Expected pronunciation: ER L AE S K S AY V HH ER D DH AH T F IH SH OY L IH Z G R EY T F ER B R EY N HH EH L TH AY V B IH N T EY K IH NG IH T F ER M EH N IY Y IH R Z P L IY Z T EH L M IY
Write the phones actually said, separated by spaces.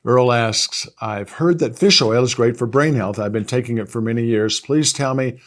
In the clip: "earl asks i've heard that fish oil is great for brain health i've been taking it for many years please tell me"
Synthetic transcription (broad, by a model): ER L AE S K S AY V HH ER D DH AH T F IH SH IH L IH Z G R EY T F ER B R EY N HH EH L TH AY V B IH N T EY K IH NG IH T F ER M EH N IY Y IH R Z P L IY Z T EH L M IY